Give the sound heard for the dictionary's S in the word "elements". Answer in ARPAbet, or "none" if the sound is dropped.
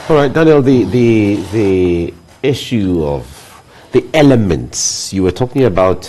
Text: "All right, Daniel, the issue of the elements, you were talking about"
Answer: S